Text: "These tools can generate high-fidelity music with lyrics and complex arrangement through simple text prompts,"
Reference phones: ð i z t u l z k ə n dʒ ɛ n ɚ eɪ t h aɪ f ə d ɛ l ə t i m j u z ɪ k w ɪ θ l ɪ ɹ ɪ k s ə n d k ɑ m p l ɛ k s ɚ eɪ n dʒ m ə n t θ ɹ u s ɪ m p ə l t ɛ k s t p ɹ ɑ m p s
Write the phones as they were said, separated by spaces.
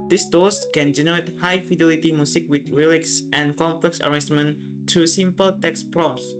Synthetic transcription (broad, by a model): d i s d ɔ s k ə n dʒ ɛ n ɚ eɪ t h aɪ f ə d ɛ l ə t i m j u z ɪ k w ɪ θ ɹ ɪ l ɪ k s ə n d k ɑ m p l ɛ k s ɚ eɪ dʒ m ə n t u s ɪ m p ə l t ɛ k s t p ɹ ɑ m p s